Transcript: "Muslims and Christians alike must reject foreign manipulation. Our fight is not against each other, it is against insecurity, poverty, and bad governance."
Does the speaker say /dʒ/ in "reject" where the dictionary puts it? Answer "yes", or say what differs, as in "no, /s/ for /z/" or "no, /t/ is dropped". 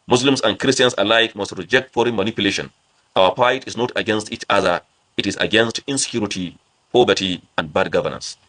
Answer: yes